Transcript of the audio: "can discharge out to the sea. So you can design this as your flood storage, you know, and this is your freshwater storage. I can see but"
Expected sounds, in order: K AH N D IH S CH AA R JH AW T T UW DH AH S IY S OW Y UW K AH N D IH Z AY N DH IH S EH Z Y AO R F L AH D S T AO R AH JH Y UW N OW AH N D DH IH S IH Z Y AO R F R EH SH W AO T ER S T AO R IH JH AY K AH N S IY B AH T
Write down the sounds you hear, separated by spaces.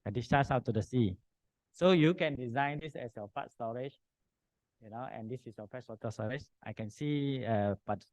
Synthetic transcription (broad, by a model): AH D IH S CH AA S AW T T UW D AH S IY S OW Y UW K AH N D IH Z AY N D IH S EH S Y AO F AA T S T AO R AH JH Y UW N OW AH N D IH S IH S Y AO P R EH S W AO T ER S T AO R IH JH AY K AH N S IY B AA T